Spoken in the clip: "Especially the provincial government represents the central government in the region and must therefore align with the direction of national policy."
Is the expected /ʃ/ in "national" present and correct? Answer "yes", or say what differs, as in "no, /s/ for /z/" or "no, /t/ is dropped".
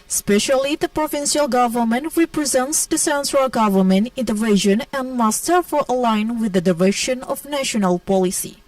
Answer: yes